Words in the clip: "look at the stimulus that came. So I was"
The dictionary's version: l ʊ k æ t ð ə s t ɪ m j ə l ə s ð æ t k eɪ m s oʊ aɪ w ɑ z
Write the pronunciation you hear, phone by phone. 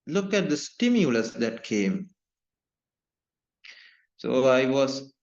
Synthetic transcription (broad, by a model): l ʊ k æ t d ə s t ɪ m j ə l ə s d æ t k eɪ m s oʊ aɪ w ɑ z